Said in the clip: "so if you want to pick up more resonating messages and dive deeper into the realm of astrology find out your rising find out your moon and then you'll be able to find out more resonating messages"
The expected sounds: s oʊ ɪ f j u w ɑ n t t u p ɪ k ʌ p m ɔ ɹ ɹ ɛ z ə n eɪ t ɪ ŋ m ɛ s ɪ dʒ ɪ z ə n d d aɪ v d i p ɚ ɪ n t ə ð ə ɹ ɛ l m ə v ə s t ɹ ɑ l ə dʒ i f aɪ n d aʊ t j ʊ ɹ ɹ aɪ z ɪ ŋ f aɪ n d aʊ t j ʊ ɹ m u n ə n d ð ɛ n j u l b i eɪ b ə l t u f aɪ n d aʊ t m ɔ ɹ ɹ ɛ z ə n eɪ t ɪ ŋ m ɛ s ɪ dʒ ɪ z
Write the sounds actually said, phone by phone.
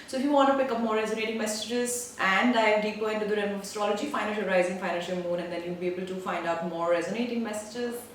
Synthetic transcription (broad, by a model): s oʊ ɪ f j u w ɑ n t t u p ɪ k ʌ p m ɔ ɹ ɹ ɛ z ə n eɪ t ɪ ŋ m ɛ s ɪ dʒ ɪ z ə n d d aɪ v d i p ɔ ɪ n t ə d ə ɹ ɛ n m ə f ə s t ɹ ɑ l ə dʒ i f aɪ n aʊ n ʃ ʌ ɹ ɹ aɪ z ɪ ŋ f aɪ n aʊ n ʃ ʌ l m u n ə n d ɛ n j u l b i eɪ b ə l t u f aɪ n d aʊ t m ɔ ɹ ɹ ɛ z ə n eɪ t ɪ ŋ m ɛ s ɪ dʒ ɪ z